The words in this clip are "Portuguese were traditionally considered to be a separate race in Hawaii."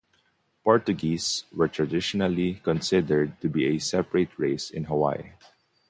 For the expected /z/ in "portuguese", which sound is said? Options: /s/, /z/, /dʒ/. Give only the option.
/s/